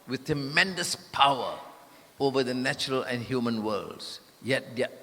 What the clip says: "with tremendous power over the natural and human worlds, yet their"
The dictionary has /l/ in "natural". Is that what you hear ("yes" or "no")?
yes